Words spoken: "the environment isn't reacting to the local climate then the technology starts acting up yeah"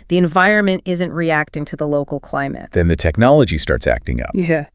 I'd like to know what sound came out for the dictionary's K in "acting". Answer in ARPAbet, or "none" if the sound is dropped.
K